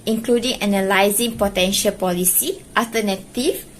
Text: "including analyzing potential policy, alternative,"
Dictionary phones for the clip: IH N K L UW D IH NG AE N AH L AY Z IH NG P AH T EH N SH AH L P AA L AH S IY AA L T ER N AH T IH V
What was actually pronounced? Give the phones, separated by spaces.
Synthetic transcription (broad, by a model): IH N K L UW D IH NG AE N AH L AY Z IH NG P AH T EH N SH AH L P AA L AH S IY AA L T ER N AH T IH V